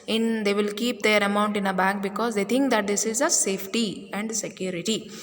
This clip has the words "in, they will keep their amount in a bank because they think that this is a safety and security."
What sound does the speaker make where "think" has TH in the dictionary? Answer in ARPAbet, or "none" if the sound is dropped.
T